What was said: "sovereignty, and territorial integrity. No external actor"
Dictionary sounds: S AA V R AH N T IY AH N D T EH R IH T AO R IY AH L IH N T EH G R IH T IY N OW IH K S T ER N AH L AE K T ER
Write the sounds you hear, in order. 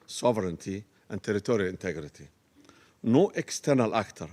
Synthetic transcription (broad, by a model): S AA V R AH N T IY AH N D T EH R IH T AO R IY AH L IH N T EH G R IH T IY N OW IH K S T ER N AH L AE K T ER